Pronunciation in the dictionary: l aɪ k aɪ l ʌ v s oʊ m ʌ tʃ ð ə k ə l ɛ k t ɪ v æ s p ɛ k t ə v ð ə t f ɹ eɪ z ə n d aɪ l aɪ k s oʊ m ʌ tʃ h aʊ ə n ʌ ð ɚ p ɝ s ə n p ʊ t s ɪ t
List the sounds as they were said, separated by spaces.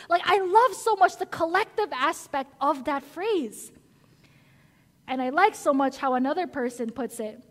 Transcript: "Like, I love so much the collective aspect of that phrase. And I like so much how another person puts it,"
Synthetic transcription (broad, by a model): l aɪ k aɪ l ʌ v s oʊ m ʌ tʃ ð ə k ə l ɛ k t ɪ v æ s p ɛ k t ə v ð ə t f ɹ eɪ z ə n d aɪ l aɪ k s oʊ m ʌ tʃ h aʊ ə n ʌ ð ɚ p ɝ s ə n p ʊ t s ɪ t